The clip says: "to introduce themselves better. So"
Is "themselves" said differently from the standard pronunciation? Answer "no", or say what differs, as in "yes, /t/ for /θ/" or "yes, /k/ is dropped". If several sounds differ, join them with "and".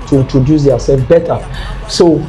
yes, /m/ is dropped